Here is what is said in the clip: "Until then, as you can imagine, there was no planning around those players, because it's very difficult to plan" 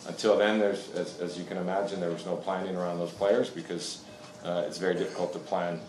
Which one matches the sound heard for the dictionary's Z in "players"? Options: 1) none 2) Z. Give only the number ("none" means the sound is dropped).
2